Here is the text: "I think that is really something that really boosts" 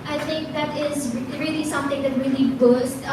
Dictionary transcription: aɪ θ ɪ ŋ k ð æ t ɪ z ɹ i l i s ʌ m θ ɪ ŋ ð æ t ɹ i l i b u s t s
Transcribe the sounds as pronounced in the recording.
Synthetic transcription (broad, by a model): aɪ t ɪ ŋ k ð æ t ɪ z ɹ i l i s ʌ m t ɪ ŋ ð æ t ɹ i l i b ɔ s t